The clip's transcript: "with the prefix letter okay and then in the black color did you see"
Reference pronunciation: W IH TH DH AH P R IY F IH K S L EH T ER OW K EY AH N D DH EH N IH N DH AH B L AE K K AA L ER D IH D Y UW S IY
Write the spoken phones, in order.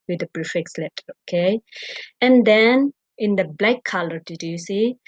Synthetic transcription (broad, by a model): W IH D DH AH B R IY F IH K S L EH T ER OW K EY AH N D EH N IH N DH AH B L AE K K AA L ER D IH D Y UW S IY